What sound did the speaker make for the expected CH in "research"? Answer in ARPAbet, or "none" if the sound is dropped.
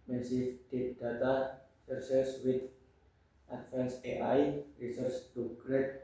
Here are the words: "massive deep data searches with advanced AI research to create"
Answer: S